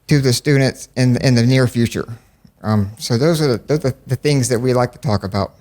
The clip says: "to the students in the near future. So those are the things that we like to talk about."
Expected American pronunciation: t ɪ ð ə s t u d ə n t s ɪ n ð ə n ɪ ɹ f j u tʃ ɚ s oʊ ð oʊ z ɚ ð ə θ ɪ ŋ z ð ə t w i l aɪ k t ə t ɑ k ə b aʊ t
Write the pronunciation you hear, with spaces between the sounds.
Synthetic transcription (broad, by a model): t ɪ ð ə s t u d n t s ɪ n ð ə n ɪ ɹ f j u tʃ ɚ s oʊ ð oʊ z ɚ ð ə θ ɪ ŋ z ð ə t w i l aɪ k t ə t ɑ k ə b aʊ t